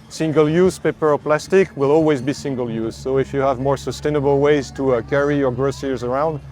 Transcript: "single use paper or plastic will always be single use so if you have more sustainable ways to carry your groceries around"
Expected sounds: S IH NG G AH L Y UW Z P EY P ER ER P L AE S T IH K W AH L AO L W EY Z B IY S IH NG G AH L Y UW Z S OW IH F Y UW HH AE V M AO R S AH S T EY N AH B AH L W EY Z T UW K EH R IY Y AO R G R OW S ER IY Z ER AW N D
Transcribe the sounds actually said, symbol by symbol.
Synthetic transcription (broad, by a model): S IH NG G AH L Y UW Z P EY P ER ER P L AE S T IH K W AH L AO L W EY Z B IY S IH NG G AH L Y UW Z S OW IH F Y UW HH AE V M AO R S AH S T EY N AH B AH L W EY Z T UW K EH R IY Y AO R G R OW S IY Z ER AW N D